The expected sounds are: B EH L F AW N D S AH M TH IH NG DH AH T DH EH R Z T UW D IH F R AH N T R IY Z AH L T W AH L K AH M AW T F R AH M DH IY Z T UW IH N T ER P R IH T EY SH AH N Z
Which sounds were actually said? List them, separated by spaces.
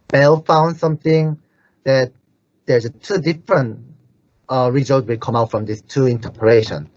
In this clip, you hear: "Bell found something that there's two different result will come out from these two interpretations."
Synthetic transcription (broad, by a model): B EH L F AW N D S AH M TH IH NG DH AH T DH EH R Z T UW D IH F R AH N T R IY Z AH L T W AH K AH M AW T F R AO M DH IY S T UW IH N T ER P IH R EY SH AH N